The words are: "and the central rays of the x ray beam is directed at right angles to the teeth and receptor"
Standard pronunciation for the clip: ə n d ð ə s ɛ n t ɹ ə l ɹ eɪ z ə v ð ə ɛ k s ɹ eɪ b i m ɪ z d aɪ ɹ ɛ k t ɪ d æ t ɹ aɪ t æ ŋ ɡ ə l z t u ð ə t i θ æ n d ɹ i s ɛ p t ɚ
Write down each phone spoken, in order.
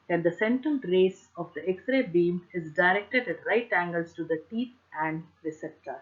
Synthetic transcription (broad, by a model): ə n d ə s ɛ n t ə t ɹ eɪ s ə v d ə ɛ k s ɹ eɪ b i m ɪ z d aɪ ɹ ɛ k t ɪ d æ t ɹ aɪ t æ ŋ ɡ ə l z t u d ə t i t æ n d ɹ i s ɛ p t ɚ